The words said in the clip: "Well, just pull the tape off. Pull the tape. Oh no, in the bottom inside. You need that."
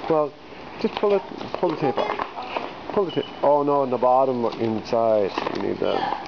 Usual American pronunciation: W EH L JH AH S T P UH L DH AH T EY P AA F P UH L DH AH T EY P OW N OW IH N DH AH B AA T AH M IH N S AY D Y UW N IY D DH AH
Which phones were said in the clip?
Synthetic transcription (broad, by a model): W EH L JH AH S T P UH L DH AH T EY P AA P UH L DH AH T EY P OW N OW IH N DH AH B AA T AH M IH N S AY D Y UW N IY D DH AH